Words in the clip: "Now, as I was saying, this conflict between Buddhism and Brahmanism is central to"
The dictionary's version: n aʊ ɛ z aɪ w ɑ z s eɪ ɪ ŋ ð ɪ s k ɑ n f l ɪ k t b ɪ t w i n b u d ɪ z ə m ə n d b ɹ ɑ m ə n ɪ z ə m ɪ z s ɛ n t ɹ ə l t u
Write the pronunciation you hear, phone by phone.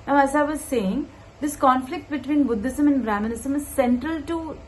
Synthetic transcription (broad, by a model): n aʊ ɛ z aɪ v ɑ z s eɪ ɪ ŋ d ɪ s k ɑ n f l ɪ k t b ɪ t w i n b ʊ d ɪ s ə m ə n d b ɹ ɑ m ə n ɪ s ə m ɪ z s ɛ n t ɹ ə l t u